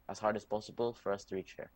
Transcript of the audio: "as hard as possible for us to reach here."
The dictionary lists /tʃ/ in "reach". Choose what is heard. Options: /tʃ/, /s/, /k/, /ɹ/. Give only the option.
/tʃ/